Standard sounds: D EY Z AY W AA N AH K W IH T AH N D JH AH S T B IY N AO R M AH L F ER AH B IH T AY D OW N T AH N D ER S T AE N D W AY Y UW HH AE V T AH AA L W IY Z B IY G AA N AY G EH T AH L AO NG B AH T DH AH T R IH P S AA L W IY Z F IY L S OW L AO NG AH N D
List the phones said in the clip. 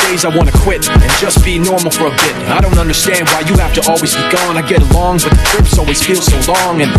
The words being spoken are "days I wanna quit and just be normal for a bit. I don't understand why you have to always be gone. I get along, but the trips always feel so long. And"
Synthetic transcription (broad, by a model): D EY Z AY W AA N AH K W IH T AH N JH AH S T B IY N AO R M L F ER AH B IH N AY D OW N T AH N D ER S T AE N D W AY Y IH HH AE F T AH AA L W IY Z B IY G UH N AY G EH T AH L AO NG B AH T DH AH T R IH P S AA L W IY Z F IY L S OW L AO NG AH N